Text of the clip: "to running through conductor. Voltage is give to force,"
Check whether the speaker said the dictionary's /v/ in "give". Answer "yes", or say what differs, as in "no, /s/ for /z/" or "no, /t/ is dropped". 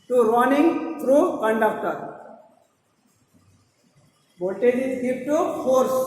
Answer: no, /p/ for /v/